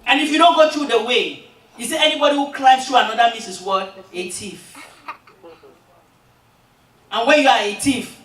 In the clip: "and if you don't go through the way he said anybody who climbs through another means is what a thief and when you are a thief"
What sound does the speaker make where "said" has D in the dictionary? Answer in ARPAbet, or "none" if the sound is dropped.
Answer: none